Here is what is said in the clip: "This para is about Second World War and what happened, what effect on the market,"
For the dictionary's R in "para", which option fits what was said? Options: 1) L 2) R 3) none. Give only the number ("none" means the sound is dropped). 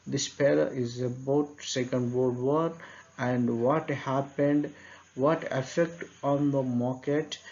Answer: 1